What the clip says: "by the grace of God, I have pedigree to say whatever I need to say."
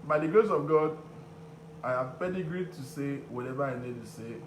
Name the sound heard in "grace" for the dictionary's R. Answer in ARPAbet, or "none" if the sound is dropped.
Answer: none